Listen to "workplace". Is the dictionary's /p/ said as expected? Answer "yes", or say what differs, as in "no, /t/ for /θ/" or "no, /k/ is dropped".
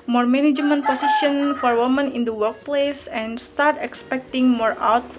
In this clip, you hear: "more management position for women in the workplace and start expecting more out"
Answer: yes